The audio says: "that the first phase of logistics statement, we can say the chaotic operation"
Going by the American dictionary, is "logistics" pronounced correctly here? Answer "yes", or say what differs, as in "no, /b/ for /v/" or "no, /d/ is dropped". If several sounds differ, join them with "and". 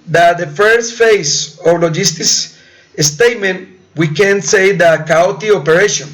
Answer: no, /k/ is dropped